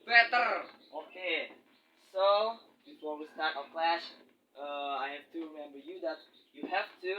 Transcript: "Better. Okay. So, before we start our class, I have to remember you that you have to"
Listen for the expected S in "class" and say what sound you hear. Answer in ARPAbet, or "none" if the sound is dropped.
SH